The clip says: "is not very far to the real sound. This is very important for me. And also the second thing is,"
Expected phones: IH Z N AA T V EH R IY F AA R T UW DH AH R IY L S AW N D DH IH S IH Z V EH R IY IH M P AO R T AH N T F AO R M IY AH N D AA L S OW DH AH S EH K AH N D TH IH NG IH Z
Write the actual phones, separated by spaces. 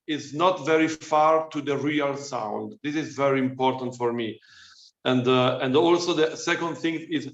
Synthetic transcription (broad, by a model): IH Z N AA T V EH R IY F AA R T UW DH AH R IY L S AW N D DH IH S IH Z V EH R IY IH M P AO R T AH N T F AO R M IY AH N D AA L S OW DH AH S EH K AH N D TH IH NG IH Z